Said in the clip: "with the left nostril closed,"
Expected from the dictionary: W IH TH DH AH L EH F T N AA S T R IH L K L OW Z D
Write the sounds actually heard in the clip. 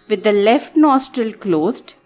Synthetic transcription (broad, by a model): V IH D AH L EH F T N AA S T R IH L K L OW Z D